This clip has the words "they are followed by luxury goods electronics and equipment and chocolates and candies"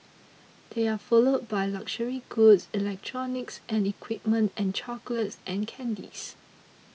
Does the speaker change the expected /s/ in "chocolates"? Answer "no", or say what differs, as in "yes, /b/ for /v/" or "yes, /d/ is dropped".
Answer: no